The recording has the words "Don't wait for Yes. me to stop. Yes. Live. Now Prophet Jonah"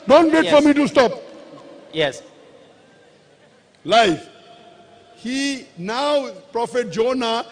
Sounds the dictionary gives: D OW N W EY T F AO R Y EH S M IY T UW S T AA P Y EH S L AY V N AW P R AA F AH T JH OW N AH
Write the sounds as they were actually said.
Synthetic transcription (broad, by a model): D OW N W EY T F AO R M IY T UW S T AA P Y EH S L AY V N AW P R AA F AH T JH OW N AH